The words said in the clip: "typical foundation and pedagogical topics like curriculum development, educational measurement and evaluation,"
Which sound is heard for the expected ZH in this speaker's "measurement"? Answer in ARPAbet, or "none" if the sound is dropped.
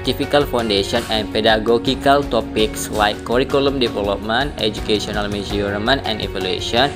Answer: Z